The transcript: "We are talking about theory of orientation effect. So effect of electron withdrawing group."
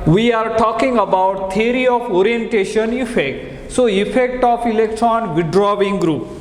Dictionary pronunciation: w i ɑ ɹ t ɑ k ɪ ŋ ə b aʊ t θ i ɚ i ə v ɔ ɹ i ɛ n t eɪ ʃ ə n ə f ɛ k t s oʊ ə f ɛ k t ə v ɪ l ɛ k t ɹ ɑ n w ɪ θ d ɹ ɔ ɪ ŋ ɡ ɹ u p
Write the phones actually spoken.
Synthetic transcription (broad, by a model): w i ɑ ɹ t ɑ k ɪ ŋ ə b aʊ t t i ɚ i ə f ɔ ɹ i ɛ n t eɪ ʃ ə n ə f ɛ k t s oʊ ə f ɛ k t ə f ɪ l ɛ k t ɹ ɑ n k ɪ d ɹ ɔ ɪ ŋ ɡ ɹ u p